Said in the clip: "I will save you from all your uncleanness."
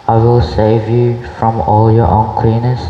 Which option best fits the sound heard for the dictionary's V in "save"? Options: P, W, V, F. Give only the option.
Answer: V